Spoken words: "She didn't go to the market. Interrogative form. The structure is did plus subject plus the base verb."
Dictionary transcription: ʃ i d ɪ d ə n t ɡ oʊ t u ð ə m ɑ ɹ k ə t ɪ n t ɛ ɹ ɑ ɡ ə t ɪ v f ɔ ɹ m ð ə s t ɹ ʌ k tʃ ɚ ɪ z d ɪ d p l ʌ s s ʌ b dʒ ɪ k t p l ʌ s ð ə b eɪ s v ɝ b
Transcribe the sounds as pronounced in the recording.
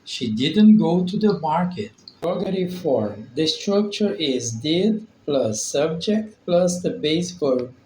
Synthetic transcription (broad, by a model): ʃ i d ɪ d ə n t ɡ oʊ t u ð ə m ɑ ɹ k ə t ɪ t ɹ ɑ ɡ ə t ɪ f ɔ ɹ m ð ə s t ɹ ʌ k tʃ ɚ ɪ z d ɪ d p l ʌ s s ʌ b dʒ ɪ k t p l ʌ s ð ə b eɪ s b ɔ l